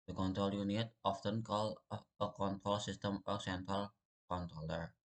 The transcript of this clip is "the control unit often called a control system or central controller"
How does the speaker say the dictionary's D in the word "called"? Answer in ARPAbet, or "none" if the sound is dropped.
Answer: none